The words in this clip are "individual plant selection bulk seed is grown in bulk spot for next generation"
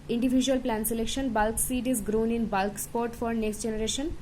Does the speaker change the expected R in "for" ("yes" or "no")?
no